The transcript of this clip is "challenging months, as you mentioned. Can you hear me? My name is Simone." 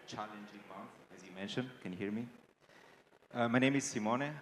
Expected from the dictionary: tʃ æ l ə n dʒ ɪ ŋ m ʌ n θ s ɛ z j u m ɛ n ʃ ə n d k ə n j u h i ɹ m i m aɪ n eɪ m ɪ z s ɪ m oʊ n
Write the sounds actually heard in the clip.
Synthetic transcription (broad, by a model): tʃ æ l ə n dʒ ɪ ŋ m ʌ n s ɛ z j u m ɛ n ʃ ə n d k ə n h i ɹ m i m aɪ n eɪ m ɪ z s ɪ m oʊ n